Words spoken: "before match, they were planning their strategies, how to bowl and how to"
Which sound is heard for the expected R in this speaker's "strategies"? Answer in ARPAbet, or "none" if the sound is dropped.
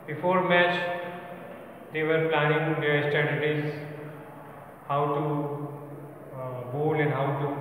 none